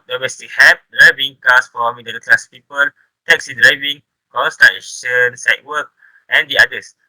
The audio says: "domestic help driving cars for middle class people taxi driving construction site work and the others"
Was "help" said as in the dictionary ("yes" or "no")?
no